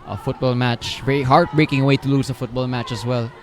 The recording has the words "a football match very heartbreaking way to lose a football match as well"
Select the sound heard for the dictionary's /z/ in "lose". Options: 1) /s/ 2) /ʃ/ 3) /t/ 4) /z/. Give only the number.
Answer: 1